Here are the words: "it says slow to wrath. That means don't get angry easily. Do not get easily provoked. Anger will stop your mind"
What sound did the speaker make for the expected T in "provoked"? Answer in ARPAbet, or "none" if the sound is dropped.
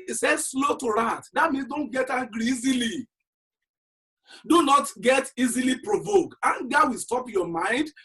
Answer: none